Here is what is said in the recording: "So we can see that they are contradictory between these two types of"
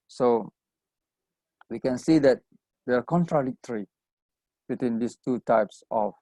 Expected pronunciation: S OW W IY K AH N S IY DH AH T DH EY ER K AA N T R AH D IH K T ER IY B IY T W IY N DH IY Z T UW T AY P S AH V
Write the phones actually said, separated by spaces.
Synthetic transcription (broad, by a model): S OW W IY K AH N S IY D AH T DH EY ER K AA N T R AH D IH K T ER IY B IY T W IY N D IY S T UW T AY P S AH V